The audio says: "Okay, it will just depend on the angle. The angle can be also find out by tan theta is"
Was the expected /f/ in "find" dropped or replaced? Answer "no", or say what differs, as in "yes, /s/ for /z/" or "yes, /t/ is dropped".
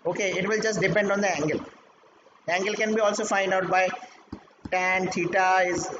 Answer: no